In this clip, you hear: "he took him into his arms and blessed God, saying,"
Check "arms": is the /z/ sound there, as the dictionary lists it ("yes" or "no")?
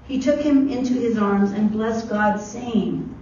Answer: yes